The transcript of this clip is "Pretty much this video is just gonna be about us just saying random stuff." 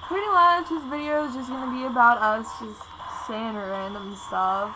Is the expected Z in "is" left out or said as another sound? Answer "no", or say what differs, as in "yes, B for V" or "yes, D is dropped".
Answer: no